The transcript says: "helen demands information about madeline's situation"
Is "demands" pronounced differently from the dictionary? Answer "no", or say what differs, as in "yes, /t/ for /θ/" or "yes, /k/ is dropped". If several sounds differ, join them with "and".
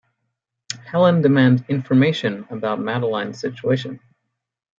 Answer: yes, /z/ is dropped